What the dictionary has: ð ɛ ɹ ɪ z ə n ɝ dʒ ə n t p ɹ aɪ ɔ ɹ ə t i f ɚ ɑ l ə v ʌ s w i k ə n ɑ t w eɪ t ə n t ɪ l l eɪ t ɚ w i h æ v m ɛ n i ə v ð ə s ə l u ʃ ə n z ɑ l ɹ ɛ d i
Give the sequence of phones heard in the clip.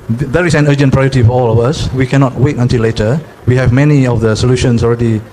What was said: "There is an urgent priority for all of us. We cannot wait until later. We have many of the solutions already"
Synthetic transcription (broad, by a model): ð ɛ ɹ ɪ s ə n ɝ dʒ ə n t p ɹ aɪ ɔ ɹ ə t i f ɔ ɑ l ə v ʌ s w i k ə n ɑ t w eɪ t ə n t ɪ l l eɪ t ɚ w i h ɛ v m ɛ n i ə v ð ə s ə l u ʃ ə n s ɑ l ɹ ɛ d i